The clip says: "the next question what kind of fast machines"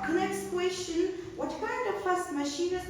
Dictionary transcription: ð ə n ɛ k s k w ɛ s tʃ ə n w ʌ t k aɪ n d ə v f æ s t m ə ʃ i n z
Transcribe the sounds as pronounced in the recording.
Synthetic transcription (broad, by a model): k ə n ɛ k s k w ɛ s ʃ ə n w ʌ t k aɪ n d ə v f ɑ s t m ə ʃ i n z